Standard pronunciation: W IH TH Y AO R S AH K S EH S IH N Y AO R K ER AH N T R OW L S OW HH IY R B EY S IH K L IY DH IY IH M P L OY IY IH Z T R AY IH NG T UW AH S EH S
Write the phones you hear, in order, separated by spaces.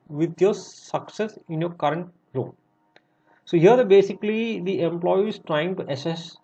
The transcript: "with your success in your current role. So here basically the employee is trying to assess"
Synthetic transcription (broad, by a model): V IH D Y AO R S AH K S EH S IH N Y AO R K ER AH N T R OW N S OW HH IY R B EY S IH K L IY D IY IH M P L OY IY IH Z T R AY IH NG T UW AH S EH S